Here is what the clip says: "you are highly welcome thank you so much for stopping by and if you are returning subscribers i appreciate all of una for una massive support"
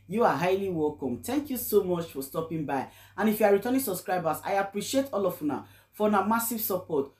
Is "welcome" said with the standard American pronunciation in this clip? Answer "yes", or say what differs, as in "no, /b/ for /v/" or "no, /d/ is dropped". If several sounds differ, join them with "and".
yes